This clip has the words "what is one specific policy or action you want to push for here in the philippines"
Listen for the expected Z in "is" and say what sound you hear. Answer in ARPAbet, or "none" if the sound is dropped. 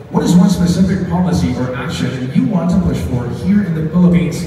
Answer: Z